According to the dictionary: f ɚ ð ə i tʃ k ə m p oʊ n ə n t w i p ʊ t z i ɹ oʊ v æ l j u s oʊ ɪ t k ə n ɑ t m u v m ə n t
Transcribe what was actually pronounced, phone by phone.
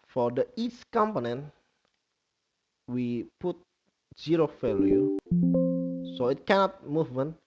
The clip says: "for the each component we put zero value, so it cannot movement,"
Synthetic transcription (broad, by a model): f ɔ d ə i s k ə m p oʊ n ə n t w i p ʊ t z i ɹ oʊ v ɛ l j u s oʊ ɪ t k ə n ɑ t m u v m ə n